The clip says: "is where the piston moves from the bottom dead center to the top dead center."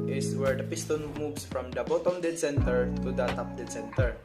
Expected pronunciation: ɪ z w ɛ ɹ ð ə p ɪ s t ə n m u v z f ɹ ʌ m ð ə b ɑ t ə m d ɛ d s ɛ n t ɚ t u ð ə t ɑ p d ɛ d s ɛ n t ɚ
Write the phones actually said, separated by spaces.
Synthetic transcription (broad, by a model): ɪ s w ɛ ɹ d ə p ɪ s t ə n m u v s f ɹ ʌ m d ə b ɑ t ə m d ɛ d s ɛ n t ɚ t u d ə t ɑ p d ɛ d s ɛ n t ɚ